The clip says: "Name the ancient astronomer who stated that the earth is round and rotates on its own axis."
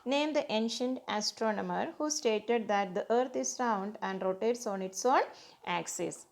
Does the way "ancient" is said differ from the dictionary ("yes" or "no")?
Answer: no